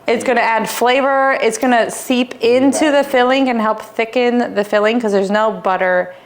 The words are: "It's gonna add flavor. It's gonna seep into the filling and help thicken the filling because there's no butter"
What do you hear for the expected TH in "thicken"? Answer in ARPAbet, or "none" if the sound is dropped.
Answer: TH